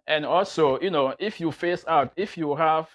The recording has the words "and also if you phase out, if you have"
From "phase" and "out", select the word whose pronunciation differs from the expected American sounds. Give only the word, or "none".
phase